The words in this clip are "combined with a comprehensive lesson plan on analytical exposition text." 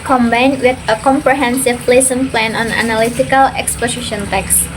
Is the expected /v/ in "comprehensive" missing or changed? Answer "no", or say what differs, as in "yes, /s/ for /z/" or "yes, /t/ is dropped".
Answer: yes, /p/ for /v/